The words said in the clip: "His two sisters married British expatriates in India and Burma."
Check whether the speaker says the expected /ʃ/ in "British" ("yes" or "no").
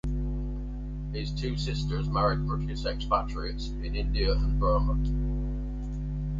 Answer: no